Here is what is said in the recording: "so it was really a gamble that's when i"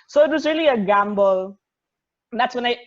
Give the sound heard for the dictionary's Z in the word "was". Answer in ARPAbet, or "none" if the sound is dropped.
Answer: Z